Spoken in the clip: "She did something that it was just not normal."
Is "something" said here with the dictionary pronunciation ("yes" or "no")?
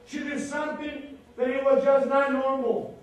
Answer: no